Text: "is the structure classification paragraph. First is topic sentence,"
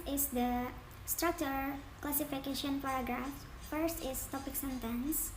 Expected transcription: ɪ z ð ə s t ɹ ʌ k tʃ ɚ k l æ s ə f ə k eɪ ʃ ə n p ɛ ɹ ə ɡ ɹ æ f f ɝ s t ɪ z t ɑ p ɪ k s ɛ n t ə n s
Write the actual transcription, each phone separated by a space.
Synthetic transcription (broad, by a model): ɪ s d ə s t ɹ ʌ k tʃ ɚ k l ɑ s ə f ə k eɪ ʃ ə n p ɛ ɹ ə ɡ ɹ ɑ f f ɝ s t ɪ s t ɑ p ɪ k s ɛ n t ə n s